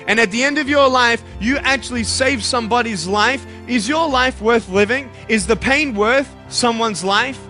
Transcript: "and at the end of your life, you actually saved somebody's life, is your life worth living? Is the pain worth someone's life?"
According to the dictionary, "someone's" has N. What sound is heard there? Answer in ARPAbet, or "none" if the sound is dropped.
N